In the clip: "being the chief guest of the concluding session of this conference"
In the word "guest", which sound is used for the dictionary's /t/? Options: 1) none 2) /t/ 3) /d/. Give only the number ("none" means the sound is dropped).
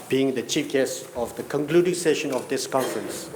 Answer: 1